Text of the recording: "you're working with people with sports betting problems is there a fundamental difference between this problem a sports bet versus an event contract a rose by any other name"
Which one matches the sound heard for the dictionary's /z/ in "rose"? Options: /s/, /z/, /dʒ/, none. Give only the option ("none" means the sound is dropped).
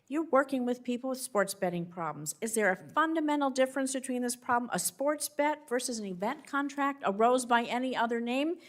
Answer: /z/